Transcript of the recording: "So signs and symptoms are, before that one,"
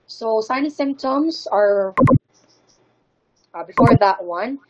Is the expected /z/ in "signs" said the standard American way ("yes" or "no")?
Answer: no